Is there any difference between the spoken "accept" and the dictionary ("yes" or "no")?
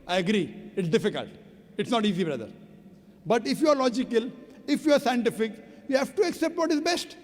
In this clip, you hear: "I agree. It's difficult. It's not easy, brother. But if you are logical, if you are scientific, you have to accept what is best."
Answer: no